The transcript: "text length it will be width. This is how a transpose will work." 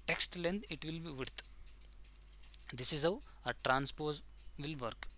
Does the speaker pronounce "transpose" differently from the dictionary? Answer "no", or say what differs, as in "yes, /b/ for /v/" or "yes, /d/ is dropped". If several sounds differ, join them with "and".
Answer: no